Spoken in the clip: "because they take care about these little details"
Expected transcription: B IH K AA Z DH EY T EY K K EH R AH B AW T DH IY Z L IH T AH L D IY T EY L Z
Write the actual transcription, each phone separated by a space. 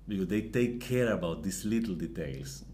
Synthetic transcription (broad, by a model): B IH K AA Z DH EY T EY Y K EH R AH B AW T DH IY S L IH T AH L D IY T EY L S